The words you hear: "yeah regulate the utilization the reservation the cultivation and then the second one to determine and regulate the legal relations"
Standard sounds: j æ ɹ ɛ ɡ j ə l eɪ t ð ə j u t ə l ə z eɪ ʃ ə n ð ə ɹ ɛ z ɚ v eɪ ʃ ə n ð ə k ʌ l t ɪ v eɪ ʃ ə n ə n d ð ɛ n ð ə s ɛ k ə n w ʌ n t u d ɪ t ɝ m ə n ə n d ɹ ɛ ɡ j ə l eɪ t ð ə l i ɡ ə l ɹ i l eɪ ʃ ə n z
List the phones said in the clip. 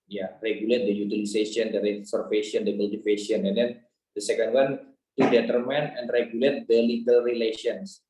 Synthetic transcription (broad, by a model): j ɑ ɹ ɛ ɡ j ə l eɪ t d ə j u t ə l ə s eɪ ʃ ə n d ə ɹ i s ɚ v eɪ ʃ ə n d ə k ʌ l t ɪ f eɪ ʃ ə n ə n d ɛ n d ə s ɛ k ə n w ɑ n t u d ɪ t ɝ m ə n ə n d ɹ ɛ ɡ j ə l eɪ t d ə l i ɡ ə l ɹ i l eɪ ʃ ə n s